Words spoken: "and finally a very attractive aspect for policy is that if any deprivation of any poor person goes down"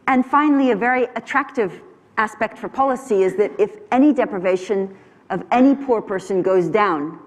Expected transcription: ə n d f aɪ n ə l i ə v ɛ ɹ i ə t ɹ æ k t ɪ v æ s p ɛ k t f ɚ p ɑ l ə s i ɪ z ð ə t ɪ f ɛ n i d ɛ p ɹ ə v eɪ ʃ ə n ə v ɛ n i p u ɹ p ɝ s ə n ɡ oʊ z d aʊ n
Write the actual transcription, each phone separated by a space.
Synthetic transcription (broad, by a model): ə n f aɪ n l i ə v ɛ ɹ i ə t ɹ æ k t ɪ v æ s p ɛ k t f ɚ p ɑ l ə s i ɪ z ð ə t ɪ f ɛ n i d ɛ p ɹ ə v eɪ ʃ ə n ə v ɛ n i p u ɹ p ɝ s ə n ɡ oʊ z d aʊ n